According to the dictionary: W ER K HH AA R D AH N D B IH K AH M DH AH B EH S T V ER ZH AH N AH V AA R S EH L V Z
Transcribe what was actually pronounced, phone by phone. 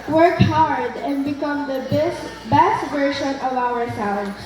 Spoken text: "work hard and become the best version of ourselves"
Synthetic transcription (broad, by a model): W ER K HH AA R D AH N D B IH K AH M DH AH B EH S T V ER SH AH N AH V AA R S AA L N